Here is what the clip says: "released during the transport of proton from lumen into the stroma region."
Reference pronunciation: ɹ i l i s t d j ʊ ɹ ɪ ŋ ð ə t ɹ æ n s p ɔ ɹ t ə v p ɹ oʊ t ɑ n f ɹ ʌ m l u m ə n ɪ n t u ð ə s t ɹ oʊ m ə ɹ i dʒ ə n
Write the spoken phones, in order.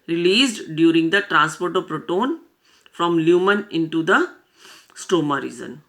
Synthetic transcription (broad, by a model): ɹ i l i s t d j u ɹ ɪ ŋ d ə t ɹ æ n s p ɔ ɹ t ə v p ɹ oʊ t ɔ n f ɹ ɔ m l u m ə n ɪ n t u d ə s t oʊ m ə ɹ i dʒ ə n